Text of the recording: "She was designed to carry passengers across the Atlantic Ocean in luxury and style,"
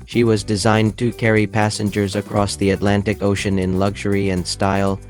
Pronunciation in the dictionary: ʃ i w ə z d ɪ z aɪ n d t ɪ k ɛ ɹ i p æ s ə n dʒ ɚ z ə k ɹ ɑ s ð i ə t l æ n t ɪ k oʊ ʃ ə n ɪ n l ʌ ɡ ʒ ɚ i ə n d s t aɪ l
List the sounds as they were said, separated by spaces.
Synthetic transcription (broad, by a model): ʃ i w ə z d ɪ z aɪ n t ɪ k ɛ ɹ i p æ s ə n dʒ ɚ z ə k ɹ ɑ s ð i ə t l æ n t ɪ k oʊ ʃ ə n ɪ n l ʌ ɡ ʒ ɚ i ə n d s t aɪ l